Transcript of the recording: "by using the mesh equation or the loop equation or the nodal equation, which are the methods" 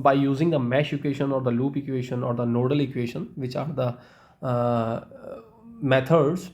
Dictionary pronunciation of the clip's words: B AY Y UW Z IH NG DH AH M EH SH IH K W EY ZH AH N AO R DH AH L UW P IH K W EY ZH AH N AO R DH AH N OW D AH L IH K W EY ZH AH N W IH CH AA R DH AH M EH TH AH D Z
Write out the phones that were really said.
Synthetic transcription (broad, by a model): B AY Y UW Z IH NG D AH M EH SH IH K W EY SH AH N AO R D AH L UW P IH K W EY SH AH N AO R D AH N OW D AH L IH K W EY SH AH N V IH CH AA R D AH M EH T AH D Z